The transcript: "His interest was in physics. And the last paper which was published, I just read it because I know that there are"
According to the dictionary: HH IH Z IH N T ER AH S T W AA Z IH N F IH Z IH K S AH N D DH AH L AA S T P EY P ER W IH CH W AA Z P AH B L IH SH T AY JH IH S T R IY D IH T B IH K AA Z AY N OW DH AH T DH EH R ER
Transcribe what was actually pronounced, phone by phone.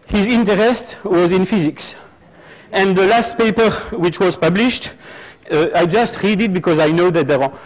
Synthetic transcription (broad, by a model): HH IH Z IH N T ER AH S T W AA Z IH N F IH Z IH K S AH N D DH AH L AA S T P EY P ER W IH CH W AA Z P AH B L IH SH T AY JH IH S T R IY D IH T B IH K AA Z AY N OW DH AH T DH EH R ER